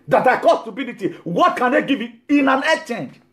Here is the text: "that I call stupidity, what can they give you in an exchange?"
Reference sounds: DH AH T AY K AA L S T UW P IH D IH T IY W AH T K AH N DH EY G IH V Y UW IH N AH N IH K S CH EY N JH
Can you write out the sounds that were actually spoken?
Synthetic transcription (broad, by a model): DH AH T AY K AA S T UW B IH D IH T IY W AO T K AH N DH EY G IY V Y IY IH N AH N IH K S CH EY N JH